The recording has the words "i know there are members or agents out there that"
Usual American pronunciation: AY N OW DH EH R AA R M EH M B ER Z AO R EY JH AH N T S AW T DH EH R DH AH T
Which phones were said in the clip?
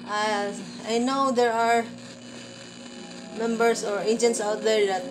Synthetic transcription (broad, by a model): AY N OW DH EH R AA R M EH M B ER S AO R EY JH AH N T S AW T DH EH R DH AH T